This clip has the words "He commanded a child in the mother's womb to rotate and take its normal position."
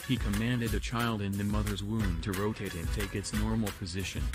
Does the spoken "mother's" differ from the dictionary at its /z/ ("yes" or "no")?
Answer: no